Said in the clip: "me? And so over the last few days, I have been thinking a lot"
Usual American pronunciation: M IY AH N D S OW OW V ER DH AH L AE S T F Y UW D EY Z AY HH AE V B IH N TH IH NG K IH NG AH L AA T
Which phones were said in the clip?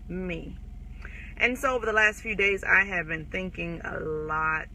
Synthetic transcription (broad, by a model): M IY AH N S OW OW V ER DH AH L AE S T F Y UW D EY Z AY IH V B IH N TH IH NG K IH NG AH L AA T